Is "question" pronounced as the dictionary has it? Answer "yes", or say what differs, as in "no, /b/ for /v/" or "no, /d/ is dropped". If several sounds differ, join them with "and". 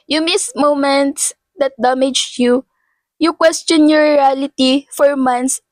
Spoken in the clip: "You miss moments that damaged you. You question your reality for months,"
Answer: yes